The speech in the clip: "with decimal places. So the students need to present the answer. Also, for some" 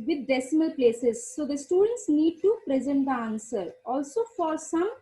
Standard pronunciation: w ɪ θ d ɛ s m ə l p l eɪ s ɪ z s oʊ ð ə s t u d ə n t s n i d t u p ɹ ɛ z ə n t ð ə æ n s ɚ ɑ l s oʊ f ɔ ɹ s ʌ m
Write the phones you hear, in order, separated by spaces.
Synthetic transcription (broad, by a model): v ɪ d d ɛ s m ə l p l eɪ s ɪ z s oʊ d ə s t u d ə n t s n i d t u p ɹ ɛ z ə n t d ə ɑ n s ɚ ɑ l s oʊ f ɔ ɹ s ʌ m